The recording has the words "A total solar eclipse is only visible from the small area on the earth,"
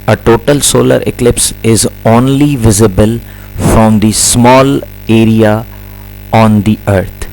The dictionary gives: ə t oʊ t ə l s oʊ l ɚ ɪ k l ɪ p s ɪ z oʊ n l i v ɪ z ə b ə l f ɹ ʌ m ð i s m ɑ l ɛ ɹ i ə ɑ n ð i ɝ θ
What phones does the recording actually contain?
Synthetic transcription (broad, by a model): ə t oʊ t ə l s oʊ l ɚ ɪ k l ɪ p s ɪ z oʊ n l i v ɪ z ə b ə l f ɹ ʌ m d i s m ɑ l ɛ ɹ i ə ɑ n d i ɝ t